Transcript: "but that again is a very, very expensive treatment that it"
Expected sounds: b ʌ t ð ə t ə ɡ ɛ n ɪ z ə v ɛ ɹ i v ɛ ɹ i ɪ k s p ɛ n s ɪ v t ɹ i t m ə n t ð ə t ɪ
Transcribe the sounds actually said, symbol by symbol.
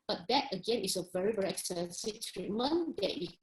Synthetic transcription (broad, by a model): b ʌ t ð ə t ə ɡ ɛ n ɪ s ə v ɛ ɹ i v ɛ ɹ i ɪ k s ɛ n s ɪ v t ɹ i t m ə n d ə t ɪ